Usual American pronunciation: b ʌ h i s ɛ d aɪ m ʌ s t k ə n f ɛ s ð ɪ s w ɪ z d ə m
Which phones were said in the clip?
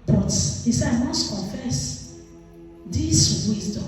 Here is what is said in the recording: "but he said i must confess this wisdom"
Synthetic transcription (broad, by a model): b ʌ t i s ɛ aɪ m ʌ s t k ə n f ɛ s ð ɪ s w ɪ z d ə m